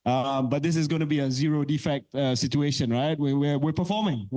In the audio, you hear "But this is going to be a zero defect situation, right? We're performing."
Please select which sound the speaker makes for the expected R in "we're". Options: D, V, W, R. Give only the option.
W